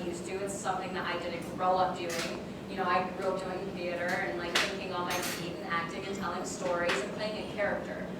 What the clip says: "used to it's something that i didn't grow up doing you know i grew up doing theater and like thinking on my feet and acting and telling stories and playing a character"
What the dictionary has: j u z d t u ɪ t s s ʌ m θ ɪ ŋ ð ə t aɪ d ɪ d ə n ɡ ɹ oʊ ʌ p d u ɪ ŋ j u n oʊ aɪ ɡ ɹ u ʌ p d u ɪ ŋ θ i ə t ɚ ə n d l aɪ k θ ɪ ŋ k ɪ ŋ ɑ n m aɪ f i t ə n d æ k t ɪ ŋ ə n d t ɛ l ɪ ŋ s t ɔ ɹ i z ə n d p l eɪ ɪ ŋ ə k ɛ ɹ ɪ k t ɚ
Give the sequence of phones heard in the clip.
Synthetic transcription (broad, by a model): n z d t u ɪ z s s ʌ m θ ɪ ŋ ð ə t aɪ d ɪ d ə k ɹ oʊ ʌ p d u ɪ ŋ j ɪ n oʊ aɪ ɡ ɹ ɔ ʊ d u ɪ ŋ θ i ə t ɚ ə n l aɪ k θ ɪ ŋ k ɪ ŋ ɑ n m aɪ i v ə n æ k t ɪ ŋ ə n t ɛ l ɪ ŋ s t ɔ ɹ i z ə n p l eɪ ɪ ŋ ə k ɛ ɹ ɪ k t ɚ